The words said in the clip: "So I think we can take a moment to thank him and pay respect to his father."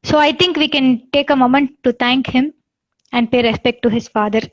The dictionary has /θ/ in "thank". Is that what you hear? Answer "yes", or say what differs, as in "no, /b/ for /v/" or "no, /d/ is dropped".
no, /t/ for /θ/